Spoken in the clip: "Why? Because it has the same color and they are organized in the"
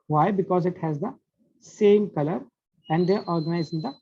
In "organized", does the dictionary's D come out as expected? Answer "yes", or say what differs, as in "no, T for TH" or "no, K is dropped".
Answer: no, D is dropped